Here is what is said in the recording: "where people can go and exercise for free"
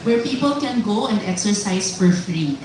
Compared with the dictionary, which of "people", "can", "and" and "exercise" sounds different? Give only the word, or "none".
exercise